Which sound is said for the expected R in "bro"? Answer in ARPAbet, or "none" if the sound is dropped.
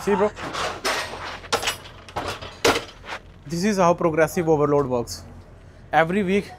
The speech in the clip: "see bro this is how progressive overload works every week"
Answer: none